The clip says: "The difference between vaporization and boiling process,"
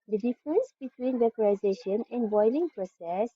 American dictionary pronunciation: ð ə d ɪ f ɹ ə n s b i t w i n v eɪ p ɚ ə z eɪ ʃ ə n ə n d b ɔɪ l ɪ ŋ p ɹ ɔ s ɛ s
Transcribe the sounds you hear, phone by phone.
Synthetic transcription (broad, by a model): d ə d ɪ f ɹ ə n s b i t w i n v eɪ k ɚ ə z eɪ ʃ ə n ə n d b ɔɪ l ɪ ŋ p ɹ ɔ s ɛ s